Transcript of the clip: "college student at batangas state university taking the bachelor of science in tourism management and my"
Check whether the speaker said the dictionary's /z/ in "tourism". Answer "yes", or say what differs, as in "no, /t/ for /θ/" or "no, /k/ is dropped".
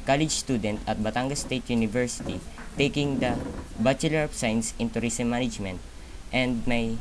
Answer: no, /s/ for /z/